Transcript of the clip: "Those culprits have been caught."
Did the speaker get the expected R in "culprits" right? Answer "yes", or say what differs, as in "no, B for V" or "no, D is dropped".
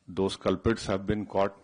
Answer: no, R is dropped